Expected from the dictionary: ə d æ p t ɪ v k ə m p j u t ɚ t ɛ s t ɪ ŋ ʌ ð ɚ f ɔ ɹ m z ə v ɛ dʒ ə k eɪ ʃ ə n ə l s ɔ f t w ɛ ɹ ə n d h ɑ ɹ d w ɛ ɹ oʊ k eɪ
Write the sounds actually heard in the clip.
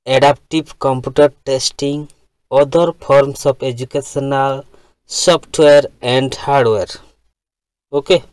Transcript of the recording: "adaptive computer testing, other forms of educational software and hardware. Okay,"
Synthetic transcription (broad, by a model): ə d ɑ p t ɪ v k ə m p j u t ɚ t ɛ s t ɪ ŋ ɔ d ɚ p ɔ ɹ m s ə p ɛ dʒ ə k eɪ s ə n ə l s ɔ p t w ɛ ɹ ə n d h ɑ ɹ d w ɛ ɹ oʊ k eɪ